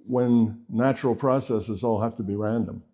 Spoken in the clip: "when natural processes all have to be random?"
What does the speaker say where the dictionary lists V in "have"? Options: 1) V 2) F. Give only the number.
2